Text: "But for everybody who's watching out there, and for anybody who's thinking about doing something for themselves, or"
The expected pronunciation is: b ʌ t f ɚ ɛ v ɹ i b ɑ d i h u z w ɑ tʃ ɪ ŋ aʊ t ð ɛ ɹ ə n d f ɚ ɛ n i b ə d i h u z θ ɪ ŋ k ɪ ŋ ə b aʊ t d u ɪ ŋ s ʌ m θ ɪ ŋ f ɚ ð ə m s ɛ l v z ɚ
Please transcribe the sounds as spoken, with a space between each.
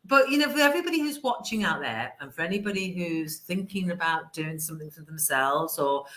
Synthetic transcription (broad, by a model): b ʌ t f ɚ ɛ v ɹ i b ɑ d i h u z w ɑ tʃ ɪ ŋ aʊ t ð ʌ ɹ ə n f ɚ ɛ n i b ə d i h u z θ ɪ ŋ k ɪ ŋ ə b aʊ t d u ɪ ŋ s ʌ m θ ɪ ŋ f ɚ ð ə m s ɛ l v z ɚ